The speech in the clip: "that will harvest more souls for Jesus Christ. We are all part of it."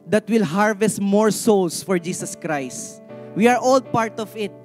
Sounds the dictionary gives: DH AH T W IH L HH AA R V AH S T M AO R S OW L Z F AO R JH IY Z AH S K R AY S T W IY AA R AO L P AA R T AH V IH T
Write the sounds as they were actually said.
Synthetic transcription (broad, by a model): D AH T W IH L HH AA R V AH S T M AO R S OW L S F AO R JH IY S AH S K R AY S T W IY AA R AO L P AA R T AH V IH T